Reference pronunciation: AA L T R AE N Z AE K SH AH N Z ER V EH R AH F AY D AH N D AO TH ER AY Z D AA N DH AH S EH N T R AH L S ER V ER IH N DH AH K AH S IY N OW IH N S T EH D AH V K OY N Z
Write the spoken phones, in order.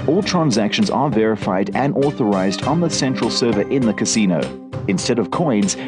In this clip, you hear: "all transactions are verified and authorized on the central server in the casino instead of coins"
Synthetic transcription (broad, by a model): AA L T R AE N Z AE K SH AH N Z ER V EH R AH F AY D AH N AO TH ER AY Z D N DH AH S EH N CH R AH L S ER V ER IH N DH AH K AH S IY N OW IH N S T EH D AH V K OY N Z